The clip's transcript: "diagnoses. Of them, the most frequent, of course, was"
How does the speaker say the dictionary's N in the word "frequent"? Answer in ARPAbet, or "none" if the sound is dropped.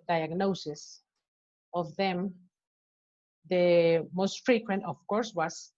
N